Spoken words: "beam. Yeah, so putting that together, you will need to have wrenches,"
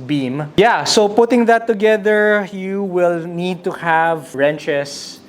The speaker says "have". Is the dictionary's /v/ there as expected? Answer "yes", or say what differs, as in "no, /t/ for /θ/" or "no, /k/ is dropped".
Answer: yes